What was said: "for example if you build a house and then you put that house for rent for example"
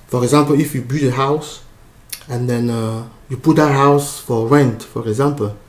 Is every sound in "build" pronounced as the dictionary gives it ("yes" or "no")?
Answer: no